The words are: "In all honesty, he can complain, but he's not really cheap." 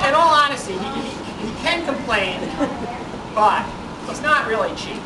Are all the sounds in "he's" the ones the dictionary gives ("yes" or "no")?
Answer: no